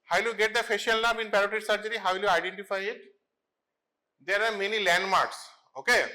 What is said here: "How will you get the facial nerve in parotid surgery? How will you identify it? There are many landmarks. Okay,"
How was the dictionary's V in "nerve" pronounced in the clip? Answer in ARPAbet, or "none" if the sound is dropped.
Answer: B